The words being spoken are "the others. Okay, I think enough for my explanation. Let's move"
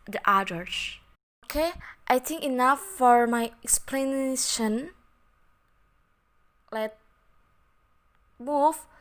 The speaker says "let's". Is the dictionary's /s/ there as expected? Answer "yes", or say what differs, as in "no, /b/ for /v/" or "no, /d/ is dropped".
no, /s/ is dropped